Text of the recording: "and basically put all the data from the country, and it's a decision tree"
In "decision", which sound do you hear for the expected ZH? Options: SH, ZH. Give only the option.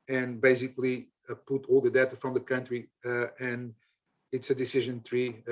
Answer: ZH